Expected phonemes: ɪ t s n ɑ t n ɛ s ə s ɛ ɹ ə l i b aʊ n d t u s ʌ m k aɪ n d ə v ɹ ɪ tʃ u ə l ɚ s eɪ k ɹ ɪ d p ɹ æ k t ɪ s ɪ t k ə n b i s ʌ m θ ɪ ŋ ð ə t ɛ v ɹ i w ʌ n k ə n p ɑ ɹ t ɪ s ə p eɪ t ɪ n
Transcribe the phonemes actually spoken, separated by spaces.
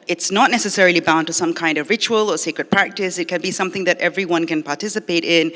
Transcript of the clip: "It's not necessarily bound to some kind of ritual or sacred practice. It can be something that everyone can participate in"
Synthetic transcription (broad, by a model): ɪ t s n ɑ t n ɛ s ə s ɛ ɹ ə l i b aʊ n t u s ʌ m k aɪ n d ə v ɹ ɪ tʃ u ə l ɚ s eɪ k ɹ ɪ d p ɹ æ k t ɪ s ɪ t k ə n b i s ʌ m θ ɪ ŋ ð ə t ɛ v ɹ i w ʌ n k ə n p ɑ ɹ t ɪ s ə p eɪ t ɪ n